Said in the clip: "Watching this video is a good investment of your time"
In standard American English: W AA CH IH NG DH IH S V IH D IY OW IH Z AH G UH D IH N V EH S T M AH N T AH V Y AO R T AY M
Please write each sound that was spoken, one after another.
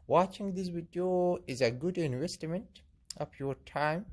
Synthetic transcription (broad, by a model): W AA CH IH NG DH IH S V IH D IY OW IH Z AH G UH D IH N V EH S T M AH N T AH P Y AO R T AY M